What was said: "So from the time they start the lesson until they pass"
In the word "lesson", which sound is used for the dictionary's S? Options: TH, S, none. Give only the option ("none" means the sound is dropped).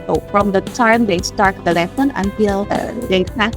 none